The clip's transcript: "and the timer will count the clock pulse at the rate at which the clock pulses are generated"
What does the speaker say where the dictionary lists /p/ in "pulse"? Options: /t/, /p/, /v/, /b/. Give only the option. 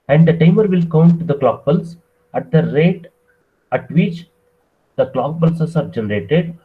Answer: /b/